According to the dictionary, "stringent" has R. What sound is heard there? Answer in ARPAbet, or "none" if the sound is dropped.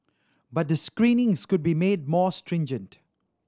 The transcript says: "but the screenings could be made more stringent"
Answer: R